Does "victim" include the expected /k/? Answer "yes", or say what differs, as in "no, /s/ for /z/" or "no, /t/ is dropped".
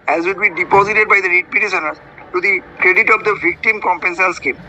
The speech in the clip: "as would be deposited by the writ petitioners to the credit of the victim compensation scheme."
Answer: yes